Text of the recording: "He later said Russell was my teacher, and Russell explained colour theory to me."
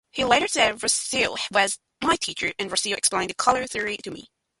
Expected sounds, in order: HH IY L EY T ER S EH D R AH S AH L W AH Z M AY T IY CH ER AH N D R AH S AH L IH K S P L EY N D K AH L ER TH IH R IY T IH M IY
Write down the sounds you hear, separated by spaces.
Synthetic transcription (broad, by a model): HH IY L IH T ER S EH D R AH S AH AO W AH Z M AY T IY CH ER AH N R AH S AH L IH K S P L EY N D K AH L ER TH IH R IY T IH M IY